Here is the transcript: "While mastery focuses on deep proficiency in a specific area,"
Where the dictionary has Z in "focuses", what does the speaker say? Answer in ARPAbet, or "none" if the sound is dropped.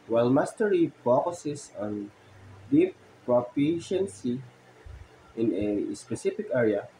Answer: S